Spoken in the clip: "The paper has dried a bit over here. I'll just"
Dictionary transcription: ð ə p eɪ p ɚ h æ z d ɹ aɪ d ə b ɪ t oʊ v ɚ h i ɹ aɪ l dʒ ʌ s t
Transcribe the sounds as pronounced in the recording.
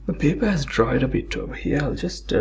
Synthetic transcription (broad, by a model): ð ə p eɪ p ɚ h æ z d ɹ aɪ d ə b ɪ t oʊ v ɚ h i ɹ aɪ l dʒ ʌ s t